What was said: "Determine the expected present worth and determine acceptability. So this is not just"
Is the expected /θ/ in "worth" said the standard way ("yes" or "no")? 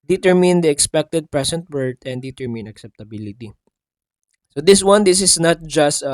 no